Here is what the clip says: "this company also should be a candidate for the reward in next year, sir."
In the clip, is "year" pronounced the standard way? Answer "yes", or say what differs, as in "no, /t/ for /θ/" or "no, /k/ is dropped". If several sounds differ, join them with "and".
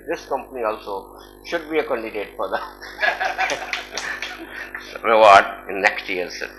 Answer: no, /l/ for /ɹ/